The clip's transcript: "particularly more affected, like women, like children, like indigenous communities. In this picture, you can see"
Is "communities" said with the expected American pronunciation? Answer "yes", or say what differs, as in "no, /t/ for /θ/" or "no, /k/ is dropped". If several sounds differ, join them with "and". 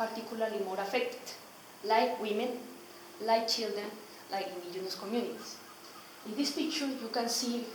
no, /s/ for /z/